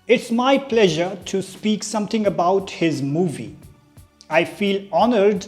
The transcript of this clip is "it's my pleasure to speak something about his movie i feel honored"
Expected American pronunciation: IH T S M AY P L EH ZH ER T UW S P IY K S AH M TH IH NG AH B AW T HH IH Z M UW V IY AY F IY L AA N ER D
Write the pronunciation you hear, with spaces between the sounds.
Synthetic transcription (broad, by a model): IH T S M AY P L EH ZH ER T UW S P IY K S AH M T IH NG AH B AW T HH IH Z M UW V IY AY F IY L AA N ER D